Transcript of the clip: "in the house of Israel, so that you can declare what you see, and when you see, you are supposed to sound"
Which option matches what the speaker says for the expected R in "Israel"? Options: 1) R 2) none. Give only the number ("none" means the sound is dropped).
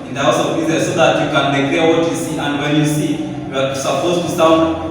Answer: 2